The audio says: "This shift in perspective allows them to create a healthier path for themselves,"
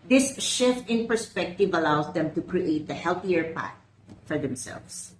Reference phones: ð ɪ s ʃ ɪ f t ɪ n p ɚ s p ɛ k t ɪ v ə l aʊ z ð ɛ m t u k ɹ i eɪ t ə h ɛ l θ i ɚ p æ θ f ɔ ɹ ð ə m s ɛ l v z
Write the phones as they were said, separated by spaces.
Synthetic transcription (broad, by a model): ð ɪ s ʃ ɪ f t ɪ n p ɚ s p ɛ k t ɪ v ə l aʊ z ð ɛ m t u k ɹ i eɪ t ə h ɛ l θ i ɚ p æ t f ɔ ɹ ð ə m s ɛ l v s